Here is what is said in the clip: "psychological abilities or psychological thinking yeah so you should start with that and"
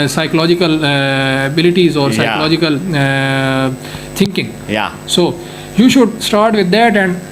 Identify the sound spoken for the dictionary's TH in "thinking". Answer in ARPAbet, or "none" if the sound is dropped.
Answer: T